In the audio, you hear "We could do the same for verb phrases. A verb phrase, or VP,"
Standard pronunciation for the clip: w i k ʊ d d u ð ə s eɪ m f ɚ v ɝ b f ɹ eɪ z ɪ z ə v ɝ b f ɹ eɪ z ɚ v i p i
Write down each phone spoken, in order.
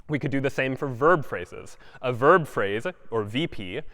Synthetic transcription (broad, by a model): w i k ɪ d d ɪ ð ə s eɪ m f ɚ v ɝ b f ɹ eɪ z ɪ z ə v ɝ b f ɹ eɪ z ɚ v i p i